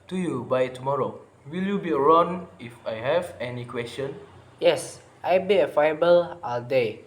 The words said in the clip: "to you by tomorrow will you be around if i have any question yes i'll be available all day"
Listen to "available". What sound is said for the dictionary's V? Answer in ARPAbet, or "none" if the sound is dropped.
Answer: F